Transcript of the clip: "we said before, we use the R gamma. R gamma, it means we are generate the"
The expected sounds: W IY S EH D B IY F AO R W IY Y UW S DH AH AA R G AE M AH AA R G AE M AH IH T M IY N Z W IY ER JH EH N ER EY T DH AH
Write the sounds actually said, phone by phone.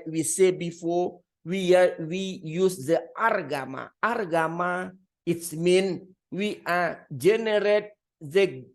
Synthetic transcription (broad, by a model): W IY S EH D B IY F AO W W IY Y UW S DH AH AA R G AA M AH AA R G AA M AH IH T M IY N W IY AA JH EH N ER EY T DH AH